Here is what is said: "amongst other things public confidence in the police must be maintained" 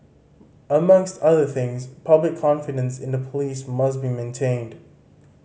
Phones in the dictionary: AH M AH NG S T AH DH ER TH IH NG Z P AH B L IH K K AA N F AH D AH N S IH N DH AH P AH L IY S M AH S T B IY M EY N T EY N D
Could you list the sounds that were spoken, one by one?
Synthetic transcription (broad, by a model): AH M AH NG S T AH DH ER TH IH NG Z P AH B L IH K K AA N F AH D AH N S IH N DH AH P AH L IY S M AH S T B IY M EY N T EY N D